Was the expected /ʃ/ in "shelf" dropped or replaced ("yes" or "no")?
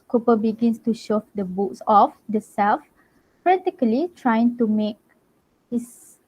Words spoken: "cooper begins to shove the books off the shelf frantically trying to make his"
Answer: yes